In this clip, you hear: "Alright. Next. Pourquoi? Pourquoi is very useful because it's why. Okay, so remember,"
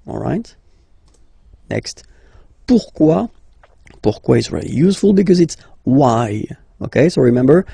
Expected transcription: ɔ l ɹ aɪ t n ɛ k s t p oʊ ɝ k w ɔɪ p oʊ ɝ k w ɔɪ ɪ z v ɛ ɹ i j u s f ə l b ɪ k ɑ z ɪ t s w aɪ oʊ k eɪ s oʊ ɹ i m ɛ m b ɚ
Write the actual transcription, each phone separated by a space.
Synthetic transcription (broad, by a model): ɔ l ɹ aɪ t n ɛ k s t p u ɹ k w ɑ p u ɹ k w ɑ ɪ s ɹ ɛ l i j u s f ə l b ɪ k ɑ z ɪ t s w aɪ oʊ k eɪ s oʊ ɹ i m ɛ m b ɚ